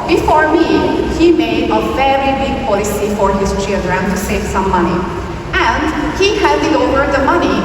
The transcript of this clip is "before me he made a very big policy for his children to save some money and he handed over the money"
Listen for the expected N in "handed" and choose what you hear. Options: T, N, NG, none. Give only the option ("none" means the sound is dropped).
none